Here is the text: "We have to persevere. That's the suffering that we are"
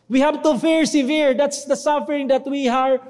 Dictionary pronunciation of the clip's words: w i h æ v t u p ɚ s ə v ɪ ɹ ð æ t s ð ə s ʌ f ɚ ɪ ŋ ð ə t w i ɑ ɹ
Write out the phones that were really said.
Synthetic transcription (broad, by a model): w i h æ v t u f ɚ s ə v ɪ ɹ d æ t s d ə s ʌ f ɚ ɪ ŋ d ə t w i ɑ ɹ